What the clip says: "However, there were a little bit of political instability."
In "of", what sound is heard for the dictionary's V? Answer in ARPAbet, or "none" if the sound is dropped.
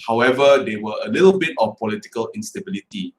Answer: F